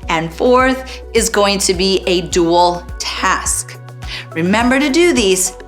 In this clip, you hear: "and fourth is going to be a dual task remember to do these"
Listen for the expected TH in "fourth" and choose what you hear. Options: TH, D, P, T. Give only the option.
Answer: TH